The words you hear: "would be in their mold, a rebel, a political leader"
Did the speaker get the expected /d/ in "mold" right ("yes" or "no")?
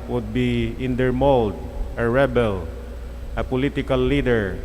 yes